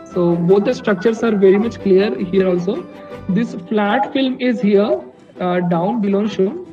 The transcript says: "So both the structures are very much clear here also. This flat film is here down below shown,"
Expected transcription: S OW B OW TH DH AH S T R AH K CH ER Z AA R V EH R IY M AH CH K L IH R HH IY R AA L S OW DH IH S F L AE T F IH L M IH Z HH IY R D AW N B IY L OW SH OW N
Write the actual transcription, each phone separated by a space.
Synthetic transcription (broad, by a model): S OW B OW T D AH S T R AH K CH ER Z AA R V EH R IY M AH CH K L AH R HH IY R AA L S OW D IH S F L AE T F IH L M IH Z HH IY R D AW N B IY L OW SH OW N